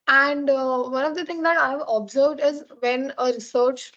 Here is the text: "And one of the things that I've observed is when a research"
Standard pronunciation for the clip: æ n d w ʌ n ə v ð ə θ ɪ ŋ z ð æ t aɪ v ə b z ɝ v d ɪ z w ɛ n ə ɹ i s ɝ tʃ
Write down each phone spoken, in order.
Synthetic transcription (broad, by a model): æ n d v ʌ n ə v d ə t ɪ ŋ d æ t aɪ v ə b z ɝ v d ɪ z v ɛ n ə ɹ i s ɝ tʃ